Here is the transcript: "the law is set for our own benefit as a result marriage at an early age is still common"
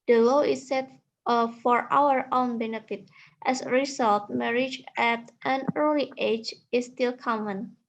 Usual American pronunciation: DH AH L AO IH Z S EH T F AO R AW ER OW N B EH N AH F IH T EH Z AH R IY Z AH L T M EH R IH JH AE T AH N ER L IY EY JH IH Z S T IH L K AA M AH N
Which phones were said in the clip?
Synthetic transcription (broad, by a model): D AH L AO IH S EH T F AO R AW ER OW N B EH N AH F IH T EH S R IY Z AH L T M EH R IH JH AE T AH N ER L IY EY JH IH S T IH L K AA M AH N